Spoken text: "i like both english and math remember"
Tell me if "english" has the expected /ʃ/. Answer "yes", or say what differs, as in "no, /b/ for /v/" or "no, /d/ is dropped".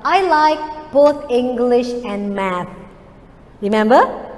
yes